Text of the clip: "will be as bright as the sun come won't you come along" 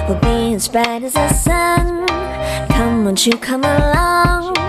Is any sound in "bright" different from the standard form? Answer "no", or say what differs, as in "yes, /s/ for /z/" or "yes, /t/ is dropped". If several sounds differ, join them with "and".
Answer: yes, /ɹ/ is dropped